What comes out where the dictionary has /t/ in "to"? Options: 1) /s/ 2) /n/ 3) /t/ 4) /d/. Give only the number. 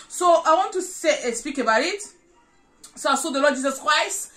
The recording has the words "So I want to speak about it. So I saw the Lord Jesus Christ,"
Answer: 1